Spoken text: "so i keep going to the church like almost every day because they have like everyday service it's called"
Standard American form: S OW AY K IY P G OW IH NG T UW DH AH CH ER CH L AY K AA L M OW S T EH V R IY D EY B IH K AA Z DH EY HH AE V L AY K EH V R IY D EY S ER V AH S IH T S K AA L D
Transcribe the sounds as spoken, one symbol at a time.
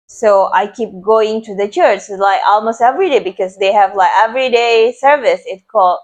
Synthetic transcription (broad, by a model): S OW AY K IY P G OW IH NG T UW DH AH CH ER CH L AY K AA L M OW S T EH V R IY D EY B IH K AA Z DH EY HH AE V L AY K EH V R IY D EY S ER V AH S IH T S K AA L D